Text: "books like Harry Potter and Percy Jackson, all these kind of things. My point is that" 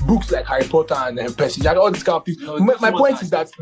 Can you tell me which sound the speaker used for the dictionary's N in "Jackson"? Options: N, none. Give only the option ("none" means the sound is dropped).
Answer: none